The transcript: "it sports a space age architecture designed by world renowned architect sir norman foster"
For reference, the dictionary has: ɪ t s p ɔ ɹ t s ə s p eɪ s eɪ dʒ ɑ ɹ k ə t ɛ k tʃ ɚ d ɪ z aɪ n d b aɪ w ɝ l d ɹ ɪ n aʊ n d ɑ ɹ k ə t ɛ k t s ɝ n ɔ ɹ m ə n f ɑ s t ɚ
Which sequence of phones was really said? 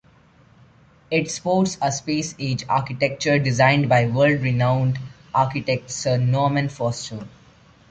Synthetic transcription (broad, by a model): ɪ t s p ɔ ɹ t s ə s p eɪ s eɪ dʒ ɑ ɹ k ə t ɛ k tʃ ɚ d ɪ z aɪ n d b aɪ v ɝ l d ɹ ɪ n aʊ n d ɑ ɹ k ə t ɛ k t s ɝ n ɔ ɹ m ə n f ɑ s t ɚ